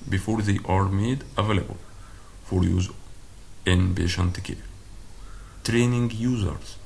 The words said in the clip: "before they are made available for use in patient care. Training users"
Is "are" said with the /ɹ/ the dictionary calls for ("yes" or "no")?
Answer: yes